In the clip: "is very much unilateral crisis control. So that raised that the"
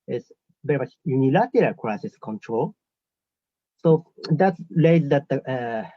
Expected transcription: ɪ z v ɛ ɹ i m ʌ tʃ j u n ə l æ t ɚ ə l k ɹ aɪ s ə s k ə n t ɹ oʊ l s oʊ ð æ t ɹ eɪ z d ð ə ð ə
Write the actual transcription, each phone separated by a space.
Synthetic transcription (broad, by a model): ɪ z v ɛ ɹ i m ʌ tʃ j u n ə l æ t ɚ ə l k ɹ aɪ s ə s k ə n t ɹ oʊ l s oʊ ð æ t l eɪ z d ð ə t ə